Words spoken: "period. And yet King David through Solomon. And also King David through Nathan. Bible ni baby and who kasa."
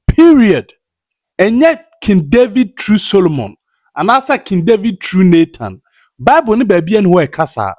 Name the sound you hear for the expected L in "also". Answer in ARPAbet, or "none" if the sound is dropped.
none